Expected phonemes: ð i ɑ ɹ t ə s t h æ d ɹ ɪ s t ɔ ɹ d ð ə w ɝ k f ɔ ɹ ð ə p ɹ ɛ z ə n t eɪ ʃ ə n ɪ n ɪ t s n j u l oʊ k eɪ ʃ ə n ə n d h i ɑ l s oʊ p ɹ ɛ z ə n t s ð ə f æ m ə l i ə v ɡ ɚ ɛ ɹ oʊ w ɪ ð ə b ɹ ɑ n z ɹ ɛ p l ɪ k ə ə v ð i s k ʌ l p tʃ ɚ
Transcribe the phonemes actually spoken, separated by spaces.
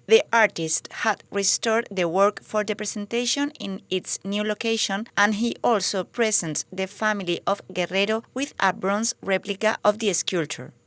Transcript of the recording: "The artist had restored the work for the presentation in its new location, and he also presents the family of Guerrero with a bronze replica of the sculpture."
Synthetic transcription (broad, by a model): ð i ɑ ɹ t ə s t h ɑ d ɹ ɪ s t ɔ ɹ d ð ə w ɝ k f ɔ ɹ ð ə p ɹ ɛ s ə n t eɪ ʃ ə n ɪ n ɪ t s n j u l oʊ k eɪ ʃ ə n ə n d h i ɑ l s oʊ p ɹ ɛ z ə n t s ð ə f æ m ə l i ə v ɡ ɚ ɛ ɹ oʊ w ɪ ð ə b ɹ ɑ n s ɹ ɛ p l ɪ k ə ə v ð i s k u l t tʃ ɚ